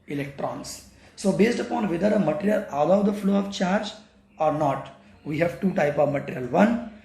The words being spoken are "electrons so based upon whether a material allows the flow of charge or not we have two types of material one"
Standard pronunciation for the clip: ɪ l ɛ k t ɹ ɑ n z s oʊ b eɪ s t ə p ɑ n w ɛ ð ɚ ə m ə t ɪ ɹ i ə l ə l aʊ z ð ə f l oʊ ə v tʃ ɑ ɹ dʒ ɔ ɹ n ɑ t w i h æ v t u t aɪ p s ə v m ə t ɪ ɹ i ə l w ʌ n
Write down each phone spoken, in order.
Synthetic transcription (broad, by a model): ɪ l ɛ k t ɹ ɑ n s s oʊ b eɪ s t ə p ɑ n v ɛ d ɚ ə m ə t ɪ ɹ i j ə l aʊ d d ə f l oʊ ə v tʃ ɑ ɹ dʒ ɔ ɹ n ɑ t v i h æ v t u t aɪ p ə v m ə t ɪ ɹ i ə l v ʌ n